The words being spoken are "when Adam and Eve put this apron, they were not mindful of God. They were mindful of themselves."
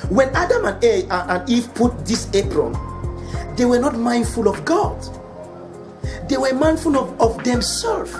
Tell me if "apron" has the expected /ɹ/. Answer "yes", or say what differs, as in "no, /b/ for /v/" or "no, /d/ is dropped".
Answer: yes